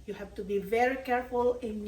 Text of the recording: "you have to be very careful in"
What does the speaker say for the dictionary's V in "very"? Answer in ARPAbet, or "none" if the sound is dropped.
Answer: V